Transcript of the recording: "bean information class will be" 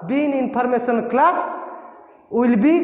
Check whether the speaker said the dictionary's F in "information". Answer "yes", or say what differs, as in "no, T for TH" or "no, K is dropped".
no, P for F